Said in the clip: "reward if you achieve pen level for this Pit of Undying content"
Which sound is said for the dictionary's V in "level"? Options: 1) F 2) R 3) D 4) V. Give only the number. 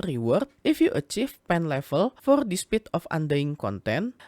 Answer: 1